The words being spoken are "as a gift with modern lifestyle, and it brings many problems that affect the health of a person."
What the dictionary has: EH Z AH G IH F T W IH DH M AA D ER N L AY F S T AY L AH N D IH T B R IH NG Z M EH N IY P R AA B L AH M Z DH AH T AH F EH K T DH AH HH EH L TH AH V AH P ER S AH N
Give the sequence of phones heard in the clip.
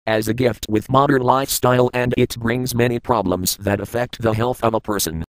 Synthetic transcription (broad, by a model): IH Z AH G IH F T W IH DH M AA D ER N L AY F S T AY L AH N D IH T B R IH NG Z M EH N IY P R AA B L AH M Z DH AH T AH F EH K T DH AH HH EH L TH AH V AH P ER S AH N